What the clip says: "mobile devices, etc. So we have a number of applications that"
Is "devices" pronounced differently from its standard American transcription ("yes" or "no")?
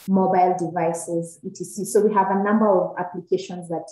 no